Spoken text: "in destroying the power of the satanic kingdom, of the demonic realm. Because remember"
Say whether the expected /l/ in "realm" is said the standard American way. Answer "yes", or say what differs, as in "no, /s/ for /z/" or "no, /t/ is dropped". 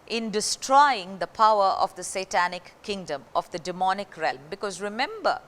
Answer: yes